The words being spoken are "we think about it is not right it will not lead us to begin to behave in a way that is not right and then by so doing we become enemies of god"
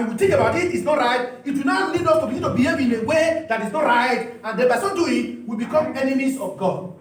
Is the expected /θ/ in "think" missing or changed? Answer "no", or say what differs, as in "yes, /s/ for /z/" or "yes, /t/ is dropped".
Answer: yes, /t/ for /θ/